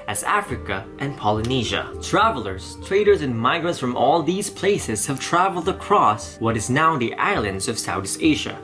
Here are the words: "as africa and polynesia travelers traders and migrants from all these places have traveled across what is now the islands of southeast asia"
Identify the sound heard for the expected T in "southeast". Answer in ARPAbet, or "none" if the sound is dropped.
none